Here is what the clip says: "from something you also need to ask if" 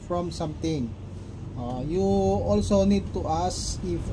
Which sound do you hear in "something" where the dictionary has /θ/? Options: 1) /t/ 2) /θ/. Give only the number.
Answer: 1